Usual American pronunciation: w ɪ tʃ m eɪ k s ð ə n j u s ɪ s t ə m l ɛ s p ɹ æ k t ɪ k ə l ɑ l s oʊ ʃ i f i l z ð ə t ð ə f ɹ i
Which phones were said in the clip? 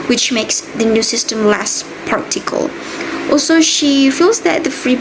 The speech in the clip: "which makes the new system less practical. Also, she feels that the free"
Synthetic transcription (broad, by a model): w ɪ tʃ m eɪ k s ð ə n j u s ɪ s t ə m l ɛ s p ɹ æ k t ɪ k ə l ɑ l s oʊ ʃ i f i l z ð ə t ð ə f ɹ i